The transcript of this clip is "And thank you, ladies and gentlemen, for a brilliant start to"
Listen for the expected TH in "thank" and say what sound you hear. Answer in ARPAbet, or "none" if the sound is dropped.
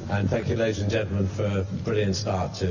TH